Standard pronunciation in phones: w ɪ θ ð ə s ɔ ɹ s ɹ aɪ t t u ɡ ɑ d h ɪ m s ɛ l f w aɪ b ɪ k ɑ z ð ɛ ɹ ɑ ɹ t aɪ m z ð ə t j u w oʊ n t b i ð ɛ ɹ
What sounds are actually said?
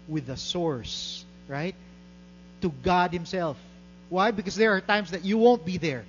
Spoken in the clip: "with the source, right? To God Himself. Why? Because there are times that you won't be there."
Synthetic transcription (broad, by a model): w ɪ ð ə s ɔ ɹ s ɹ aɪ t t u ɡ ɑ d h ɪ m s ɛ l f w aɪ b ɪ k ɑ s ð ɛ ɹ ɑ ɹ t aɪ m s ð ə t j u w oʊ n t b i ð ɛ ɹ